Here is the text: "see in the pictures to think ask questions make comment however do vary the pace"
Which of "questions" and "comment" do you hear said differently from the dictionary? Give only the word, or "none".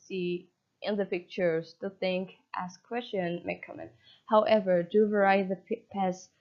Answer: questions